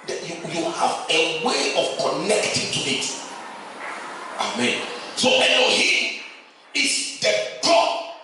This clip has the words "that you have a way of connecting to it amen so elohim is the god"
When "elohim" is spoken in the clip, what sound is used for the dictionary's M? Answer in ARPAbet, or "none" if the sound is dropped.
none